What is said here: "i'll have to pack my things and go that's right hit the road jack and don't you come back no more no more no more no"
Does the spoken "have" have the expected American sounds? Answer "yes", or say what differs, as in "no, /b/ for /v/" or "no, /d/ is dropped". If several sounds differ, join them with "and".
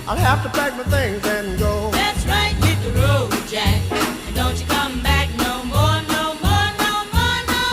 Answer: no, /f/ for /v/